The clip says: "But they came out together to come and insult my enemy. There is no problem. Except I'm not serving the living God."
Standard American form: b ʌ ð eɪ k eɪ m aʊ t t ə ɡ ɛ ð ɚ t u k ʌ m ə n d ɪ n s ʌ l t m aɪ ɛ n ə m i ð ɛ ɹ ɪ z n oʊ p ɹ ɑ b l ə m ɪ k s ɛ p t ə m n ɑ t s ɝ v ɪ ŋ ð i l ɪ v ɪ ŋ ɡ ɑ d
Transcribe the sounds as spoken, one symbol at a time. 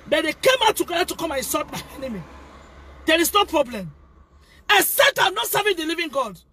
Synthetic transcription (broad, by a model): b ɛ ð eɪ k eɪ m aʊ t t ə ɡ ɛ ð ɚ t u k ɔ m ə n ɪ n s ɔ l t m aɪ ɛ n ə m i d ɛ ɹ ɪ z n oʊ p ɹ ɑ b l ə m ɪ s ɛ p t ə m n ɑ t s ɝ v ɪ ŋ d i l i v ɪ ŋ ɡ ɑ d